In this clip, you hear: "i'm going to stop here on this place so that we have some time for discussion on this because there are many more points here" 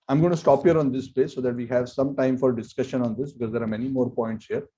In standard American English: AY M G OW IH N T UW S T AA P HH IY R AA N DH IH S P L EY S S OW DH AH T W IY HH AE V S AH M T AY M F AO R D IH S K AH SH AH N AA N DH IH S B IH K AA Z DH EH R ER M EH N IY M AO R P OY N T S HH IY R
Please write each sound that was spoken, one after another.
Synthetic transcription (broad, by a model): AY M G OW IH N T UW S T AA P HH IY R AA N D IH S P EY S S OW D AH T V IY HH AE V S AH M T AY M F AO R D IH S K AH SH AH N AA N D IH S B IH K AA Z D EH R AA M EH N IY M AO R P OY N T S HH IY R